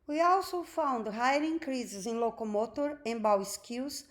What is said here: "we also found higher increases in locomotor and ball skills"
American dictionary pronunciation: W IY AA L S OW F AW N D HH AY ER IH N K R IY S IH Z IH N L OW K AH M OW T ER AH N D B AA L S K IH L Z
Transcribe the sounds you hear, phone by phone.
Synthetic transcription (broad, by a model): W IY AA L S OW F AW N D HH AY ER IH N K R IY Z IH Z IH N L OW K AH M OW T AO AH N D B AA W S K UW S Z